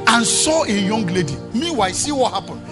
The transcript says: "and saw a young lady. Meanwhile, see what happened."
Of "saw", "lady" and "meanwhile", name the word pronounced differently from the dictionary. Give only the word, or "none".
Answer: meanwhile